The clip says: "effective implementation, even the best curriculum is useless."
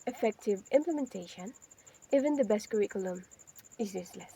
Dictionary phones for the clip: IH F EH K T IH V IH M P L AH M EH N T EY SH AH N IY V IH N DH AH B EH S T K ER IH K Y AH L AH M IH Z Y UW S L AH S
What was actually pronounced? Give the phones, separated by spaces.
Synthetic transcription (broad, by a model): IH F EH K T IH V IH M P L AH M EH N T EY SH AH N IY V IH N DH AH B EH S T K ER IH K Y AH L AH M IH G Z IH S L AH S